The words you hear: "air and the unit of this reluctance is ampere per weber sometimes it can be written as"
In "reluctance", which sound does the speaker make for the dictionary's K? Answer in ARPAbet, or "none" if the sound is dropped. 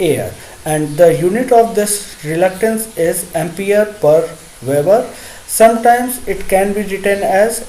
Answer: K